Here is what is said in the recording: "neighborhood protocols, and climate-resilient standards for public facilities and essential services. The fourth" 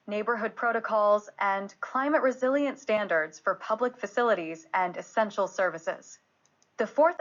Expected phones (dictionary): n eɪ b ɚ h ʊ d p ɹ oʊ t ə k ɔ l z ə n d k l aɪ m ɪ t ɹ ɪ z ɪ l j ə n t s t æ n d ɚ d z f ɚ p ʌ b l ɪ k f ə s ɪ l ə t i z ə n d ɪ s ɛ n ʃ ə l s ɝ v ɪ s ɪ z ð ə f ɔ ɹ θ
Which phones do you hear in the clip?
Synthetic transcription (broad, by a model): n eɪ b ɚ h ʊ d p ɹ oʊ t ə k ɔ l z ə n k l aɪ m ɪ t ɹ ɪ z ɪ l j ə n t s t æ n d ɚ d z f ɚ p ʌ b l ɪ k f ə s ɪ l ə t i z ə n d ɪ s ɛ n ʃ l s ɝ v ɪ s ɪ z ð ə f ɔ ɹ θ